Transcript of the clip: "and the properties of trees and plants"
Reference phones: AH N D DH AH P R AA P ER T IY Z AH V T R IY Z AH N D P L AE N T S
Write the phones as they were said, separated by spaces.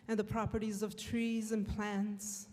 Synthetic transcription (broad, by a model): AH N DH AH P R AA P ER T IY Z AH V T R IY Z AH N P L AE N T S